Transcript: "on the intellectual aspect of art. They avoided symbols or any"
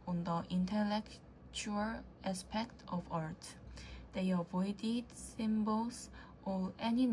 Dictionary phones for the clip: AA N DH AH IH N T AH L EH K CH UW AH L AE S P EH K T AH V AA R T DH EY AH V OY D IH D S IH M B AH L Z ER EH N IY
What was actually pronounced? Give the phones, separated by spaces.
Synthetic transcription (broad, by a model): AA N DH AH IH N T AH L EH K CH UW AH L AE S P EH K T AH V AA R T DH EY AH V OY D IH D S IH M B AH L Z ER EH N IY